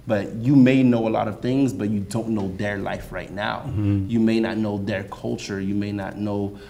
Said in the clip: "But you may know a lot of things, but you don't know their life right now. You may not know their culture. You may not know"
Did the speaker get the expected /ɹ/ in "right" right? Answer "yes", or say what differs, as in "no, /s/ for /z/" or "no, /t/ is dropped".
yes